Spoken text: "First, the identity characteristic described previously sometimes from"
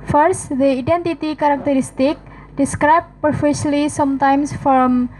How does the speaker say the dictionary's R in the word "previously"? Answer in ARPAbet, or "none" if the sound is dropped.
none